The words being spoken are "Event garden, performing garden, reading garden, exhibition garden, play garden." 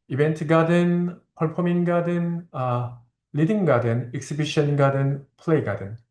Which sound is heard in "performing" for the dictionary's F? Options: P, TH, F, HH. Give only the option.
P